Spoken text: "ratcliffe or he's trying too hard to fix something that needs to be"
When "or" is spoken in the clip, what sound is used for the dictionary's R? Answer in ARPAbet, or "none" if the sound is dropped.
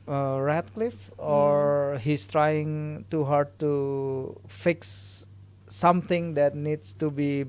R